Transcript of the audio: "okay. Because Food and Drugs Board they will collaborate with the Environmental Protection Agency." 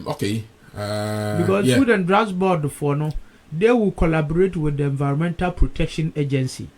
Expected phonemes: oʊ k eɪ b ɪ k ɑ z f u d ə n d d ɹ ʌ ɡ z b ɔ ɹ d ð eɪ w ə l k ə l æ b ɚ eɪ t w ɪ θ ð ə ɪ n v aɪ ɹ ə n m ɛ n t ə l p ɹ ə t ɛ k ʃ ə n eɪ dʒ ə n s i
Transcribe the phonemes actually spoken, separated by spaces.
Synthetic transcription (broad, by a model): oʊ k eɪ b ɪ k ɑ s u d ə n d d ɹ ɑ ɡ s b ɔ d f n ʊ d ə w k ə l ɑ b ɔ eɪ t w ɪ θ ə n v aɪ ɹ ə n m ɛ n t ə l p ɹ ə t ɛ k ʃ ə n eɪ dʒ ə n s i